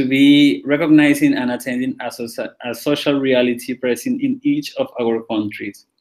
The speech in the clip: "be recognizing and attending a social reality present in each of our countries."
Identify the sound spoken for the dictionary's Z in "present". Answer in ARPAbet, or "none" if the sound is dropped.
S